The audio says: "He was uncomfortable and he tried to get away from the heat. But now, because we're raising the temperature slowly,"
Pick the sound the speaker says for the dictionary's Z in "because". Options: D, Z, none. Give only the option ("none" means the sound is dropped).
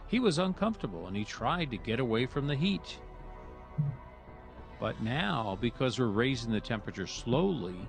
Z